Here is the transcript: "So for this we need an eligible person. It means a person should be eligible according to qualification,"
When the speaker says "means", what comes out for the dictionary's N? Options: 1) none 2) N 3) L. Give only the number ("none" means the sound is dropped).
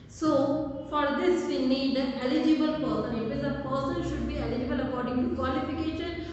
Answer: 1